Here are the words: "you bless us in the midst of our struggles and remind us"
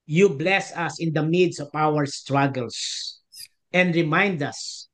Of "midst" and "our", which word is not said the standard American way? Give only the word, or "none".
midst